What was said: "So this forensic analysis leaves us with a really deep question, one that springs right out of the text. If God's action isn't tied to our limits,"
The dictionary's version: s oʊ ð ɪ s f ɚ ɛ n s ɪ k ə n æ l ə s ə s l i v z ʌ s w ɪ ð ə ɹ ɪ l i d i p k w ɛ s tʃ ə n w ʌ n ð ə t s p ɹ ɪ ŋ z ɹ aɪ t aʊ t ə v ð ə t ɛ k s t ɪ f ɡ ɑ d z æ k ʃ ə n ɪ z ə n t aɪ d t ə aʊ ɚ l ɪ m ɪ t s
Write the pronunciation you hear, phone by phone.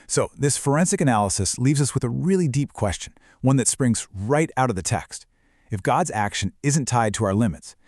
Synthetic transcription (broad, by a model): s oʊ ð ɪ s f ɚ ɛ n s ɪ k ə n æ l ə s ə s l i v z ʌ s w ɪ ð ə ɹ ɪ l i d i p k w ɛ s tʃ ə n w ʌ n ð ə t s p ɹ ɪ ŋ z ɹ aɪ t aʊ t ə v ð ə t ɛ k s t ɪ f ɡ ɑ d z æ k ʃ ə n ɪ z ə n t aɪ d t ə aʊ ɚ l ɪ m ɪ t s